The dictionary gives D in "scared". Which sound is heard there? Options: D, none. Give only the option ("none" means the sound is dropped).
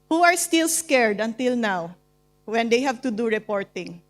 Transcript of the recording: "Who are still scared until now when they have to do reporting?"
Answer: D